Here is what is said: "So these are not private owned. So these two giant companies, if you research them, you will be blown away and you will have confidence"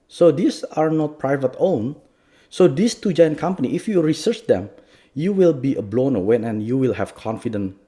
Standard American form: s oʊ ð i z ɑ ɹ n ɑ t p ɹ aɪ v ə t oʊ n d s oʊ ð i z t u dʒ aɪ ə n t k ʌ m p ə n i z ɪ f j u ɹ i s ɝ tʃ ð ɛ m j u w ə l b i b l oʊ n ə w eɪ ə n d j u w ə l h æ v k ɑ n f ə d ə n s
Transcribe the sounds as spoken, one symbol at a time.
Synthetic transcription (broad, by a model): s oʊ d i s ɑ ɹ n ɑ t p ɹ aɪ v ə t oʊ n s oʊ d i s t u dʒ aɪ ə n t k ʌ m p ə n i ɪ f j u ɹ i s ɝ tʃ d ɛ m j u w ə l b i b l oʊ n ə w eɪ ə n j u w ə l h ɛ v k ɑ n f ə d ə n